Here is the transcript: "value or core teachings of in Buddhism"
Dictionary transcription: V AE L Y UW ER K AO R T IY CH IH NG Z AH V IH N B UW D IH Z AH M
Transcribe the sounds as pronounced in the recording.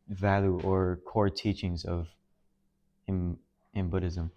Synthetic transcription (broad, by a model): V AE L Y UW ER K AO R T IY CH IH NG Z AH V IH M B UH D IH Z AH M